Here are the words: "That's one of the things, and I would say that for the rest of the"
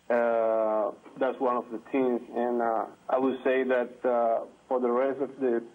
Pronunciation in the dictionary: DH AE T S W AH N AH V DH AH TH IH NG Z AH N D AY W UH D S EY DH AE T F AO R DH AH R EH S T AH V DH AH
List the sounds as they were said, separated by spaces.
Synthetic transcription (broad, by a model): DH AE T S W AH N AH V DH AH T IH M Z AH N AY W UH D S EY DH AE T F AO R DH AH R EH S T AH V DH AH